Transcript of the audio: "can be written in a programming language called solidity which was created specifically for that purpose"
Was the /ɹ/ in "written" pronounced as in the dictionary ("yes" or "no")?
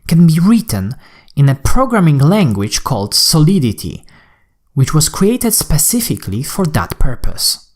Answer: yes